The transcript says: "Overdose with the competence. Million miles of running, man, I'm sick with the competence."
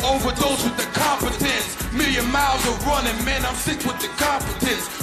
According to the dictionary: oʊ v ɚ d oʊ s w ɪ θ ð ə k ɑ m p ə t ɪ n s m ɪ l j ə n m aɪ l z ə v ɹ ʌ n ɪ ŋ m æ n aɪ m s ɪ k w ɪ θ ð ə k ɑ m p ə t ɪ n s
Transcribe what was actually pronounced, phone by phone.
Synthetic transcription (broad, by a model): oʊ v ɚ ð oʊ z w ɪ ð ə k ɑ m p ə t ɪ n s m ɪ l j ə n m aɪ l z ə v ɹ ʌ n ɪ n m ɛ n aɪ m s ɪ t w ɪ ð ə k ɑ m p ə t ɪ n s